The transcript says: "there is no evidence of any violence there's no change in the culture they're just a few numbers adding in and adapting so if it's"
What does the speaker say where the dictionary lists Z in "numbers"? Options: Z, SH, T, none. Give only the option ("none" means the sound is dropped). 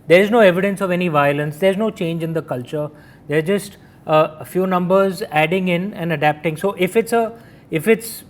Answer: Z